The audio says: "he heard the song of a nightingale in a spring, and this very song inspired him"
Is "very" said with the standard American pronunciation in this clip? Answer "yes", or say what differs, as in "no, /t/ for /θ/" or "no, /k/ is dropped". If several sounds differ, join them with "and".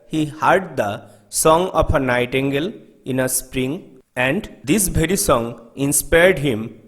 no, /b/ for /v/